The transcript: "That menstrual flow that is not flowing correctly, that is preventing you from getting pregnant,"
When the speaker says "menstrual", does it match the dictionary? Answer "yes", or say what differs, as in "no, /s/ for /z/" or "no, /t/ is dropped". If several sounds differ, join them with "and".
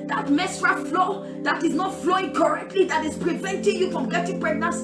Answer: no, /n/ is dropped